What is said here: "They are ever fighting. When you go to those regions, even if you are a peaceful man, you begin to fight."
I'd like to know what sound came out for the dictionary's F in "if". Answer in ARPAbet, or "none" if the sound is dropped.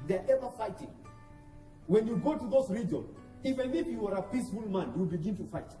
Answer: P